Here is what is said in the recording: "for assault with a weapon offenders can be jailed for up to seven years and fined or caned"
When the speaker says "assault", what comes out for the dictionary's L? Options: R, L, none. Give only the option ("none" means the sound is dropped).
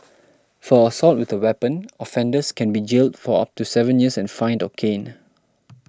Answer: L